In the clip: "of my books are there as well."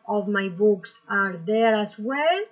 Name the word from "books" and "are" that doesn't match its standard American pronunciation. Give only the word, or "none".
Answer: none